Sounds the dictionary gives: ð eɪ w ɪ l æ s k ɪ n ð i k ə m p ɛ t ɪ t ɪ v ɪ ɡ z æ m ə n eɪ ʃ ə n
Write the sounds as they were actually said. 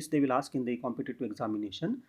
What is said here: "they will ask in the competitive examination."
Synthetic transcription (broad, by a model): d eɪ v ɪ l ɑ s k ɪ n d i k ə m p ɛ t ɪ t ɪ ɪ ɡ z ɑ m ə n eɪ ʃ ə n